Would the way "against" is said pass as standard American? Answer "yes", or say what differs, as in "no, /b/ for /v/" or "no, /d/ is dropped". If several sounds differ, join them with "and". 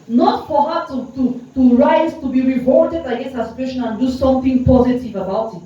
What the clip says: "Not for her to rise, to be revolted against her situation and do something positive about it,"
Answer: no, /n/ is dropped